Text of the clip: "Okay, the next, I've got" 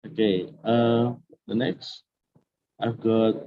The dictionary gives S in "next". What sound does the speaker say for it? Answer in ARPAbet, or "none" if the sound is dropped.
S